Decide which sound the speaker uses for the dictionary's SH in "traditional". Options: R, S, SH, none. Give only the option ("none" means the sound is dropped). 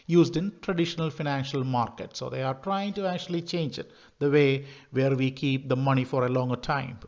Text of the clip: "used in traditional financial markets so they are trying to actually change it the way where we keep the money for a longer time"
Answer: SH